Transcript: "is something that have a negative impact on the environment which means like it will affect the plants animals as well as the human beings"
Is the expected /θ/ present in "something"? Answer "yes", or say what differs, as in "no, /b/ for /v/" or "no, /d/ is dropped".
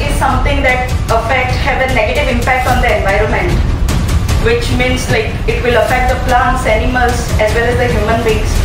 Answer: no, /t/ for /θ/